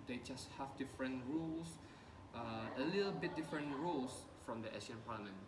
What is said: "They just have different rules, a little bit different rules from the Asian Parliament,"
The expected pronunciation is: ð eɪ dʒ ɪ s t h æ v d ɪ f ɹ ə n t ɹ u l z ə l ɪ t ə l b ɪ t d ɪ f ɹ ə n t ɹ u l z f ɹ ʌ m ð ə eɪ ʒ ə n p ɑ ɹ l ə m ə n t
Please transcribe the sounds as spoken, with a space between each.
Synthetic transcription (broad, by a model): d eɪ dʒ ɪ s t h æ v d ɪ f ɹ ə n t ɹ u l s ə l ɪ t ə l b ɪ t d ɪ f ɹ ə n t ɹ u l s f ɹ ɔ m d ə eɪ s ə n p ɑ l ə m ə n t